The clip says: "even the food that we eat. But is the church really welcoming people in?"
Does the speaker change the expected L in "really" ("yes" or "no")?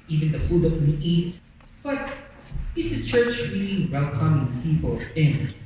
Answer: yes